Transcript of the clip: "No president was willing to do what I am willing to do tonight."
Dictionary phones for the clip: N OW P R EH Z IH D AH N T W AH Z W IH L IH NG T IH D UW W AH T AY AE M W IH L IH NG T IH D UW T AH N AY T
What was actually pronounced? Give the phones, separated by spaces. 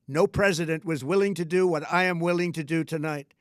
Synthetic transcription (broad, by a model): N OW P R EH Z IH D AH N T W AH Z W IH L IH NG T IH D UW W AH T AY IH M W IH L IH NG T IH D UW T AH N AY T